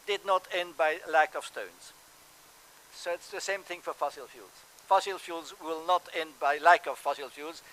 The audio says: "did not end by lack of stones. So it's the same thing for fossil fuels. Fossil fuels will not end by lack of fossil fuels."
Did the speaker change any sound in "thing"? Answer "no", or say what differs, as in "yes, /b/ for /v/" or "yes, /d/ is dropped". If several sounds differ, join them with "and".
no